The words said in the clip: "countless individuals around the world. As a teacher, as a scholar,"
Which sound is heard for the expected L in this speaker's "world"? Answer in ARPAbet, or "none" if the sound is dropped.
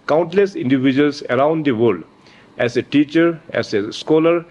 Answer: none